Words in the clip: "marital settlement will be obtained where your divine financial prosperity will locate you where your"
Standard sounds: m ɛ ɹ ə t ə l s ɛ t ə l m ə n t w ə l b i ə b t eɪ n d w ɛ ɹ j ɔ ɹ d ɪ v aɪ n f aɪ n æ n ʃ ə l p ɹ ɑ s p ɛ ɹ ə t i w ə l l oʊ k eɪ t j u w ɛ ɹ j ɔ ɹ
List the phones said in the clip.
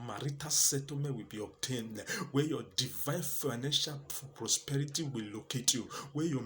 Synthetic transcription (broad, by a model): m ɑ ɹ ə t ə s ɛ t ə m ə w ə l b i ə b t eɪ n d w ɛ j ɔ d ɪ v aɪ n f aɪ n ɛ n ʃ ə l p ɹ ɑ s p ɛ ɹ ə t i w ə l l oʊ k eɪ t j u w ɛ j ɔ